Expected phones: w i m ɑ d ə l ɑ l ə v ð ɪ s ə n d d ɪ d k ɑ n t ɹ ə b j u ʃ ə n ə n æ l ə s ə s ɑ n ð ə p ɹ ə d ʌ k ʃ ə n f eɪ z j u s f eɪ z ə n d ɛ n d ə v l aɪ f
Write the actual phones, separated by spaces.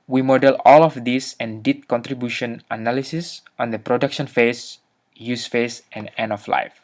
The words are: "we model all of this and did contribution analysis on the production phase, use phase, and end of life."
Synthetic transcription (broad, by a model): w i m ɑ d ə l ɑ l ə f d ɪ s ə n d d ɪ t k ɑ n t ɹ ə b j u ʃ ə n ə n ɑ l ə s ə s ɑ n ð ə p ɹ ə d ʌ k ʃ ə n f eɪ s j u s f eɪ s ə n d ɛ n ə f l aɪ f